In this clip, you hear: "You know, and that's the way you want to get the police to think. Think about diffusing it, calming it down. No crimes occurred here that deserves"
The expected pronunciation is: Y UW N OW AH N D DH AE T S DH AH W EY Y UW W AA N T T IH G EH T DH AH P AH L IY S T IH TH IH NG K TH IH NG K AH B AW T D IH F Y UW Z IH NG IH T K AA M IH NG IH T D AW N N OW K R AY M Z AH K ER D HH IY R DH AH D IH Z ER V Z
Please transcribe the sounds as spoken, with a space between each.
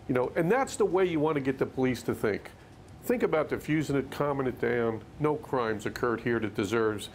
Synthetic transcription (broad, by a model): Y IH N OW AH N DH AE T S DH AH W EY Y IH W AA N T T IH G EH T DH AH P AH L IY S T IH TH IH NG K TH IH NG K AH B AW T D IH F Y UW Z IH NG IH T K AA M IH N IH T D AW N N OW K R AY M Z AH K ER D HH IY R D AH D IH Z ER V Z